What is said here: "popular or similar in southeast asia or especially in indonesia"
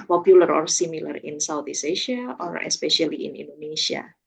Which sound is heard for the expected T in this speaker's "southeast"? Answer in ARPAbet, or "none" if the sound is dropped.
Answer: none